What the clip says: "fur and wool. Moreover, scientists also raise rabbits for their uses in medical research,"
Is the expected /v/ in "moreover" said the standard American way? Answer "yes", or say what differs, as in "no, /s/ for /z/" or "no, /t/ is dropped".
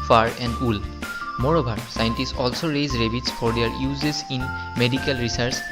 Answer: no, /b/ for /v/